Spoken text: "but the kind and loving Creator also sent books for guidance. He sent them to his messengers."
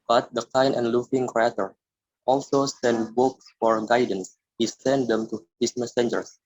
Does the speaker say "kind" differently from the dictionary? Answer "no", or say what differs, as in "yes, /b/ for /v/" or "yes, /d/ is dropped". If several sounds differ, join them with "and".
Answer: yes, /d/ is dropped